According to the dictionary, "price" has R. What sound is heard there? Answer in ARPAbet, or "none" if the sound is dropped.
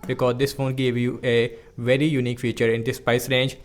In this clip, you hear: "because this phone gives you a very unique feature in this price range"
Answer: none